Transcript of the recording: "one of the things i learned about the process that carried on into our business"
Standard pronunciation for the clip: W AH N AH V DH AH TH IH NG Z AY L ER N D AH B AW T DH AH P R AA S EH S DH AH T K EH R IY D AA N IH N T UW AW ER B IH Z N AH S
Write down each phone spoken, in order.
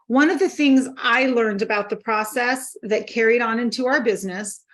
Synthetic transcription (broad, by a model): W AH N AH V DH AH TH IH NG Z AY L ER N D AH B AW T DH AH P R AA S EH S DH AH T K EH R IY D N IH N T UW AW ER B IH Z N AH S